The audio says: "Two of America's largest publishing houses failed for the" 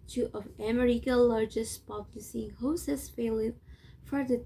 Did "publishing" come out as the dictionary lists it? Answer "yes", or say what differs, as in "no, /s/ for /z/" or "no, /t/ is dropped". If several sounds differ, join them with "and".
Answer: no, /s/ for /ʃ/